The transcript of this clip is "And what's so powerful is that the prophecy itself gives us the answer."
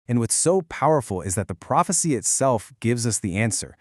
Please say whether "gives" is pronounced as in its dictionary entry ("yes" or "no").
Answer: yes